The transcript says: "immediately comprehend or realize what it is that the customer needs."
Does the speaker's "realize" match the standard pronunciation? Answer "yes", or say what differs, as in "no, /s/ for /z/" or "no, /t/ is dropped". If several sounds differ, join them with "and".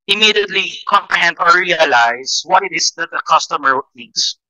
no, /s/ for /z/